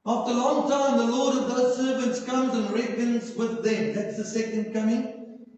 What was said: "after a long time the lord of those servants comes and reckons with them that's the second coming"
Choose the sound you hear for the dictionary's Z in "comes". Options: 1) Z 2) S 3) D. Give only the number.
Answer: 1